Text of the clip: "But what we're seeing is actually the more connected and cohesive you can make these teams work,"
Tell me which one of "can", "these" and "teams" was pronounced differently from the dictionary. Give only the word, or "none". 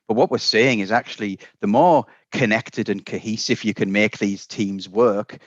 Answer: none